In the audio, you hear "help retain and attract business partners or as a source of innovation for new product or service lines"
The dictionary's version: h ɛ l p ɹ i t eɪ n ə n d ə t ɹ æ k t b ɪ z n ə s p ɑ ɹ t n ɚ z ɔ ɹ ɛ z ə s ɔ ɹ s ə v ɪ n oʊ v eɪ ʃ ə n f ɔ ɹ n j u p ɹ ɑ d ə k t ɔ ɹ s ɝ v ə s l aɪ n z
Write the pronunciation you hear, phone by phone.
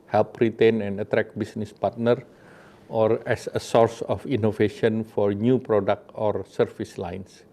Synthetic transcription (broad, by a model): h ɛ l p ɹ i t eɪ n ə n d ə t ɹ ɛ k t b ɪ s n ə s p ɑ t n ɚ ɔ ɹ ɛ s ə s ɔ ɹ s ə f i n oʊ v eɪ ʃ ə n f ɔ ɹ n j u p ɹ ɑ d ə k t ɔ ɹ s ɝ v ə s l aɪ n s